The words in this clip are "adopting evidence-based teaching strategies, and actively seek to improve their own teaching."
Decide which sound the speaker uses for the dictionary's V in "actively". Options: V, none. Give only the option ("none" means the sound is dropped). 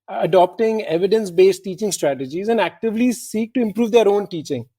V